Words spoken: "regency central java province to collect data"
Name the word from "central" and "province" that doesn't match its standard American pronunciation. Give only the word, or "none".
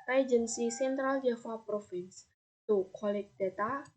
province